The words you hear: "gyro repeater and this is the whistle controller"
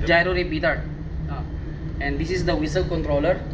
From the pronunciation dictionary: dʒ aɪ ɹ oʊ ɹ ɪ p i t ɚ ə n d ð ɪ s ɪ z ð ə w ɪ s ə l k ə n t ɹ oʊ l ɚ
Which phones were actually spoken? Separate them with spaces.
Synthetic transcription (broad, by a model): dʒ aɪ ɹ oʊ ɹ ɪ b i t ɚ ə n d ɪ s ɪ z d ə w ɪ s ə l k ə n t ɹ oʊ l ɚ